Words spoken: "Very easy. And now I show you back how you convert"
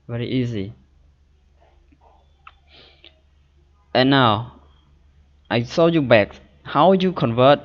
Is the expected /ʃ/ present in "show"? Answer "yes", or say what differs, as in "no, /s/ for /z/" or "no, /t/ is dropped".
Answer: no, /s/ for /ʃ/